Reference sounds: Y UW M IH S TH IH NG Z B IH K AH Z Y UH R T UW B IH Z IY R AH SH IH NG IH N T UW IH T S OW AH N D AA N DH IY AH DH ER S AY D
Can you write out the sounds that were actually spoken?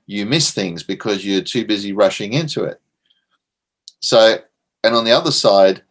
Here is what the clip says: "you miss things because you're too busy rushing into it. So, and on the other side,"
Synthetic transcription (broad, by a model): Y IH M IH S TH IH NG Z B IH K AH Z Y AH R T UW B IH Z IY R AH SH IH NG IH N T UW IH T S OW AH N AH N DH IY AH DH ER S AY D